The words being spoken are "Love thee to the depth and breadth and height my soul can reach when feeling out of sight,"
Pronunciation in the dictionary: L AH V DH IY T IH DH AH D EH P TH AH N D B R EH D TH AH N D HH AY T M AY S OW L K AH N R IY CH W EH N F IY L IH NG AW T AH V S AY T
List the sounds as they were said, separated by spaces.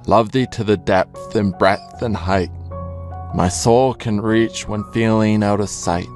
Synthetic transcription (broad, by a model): L AH V DH IY T IH DH AH D EH P TH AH N B R EH TH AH N HH AY T M AY S OW L K AH N R IY CH W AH N F IY L IH NG AW T AH V S AY T